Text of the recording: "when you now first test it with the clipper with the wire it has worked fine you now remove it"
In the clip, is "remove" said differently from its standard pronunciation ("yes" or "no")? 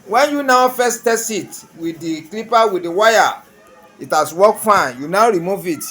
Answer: no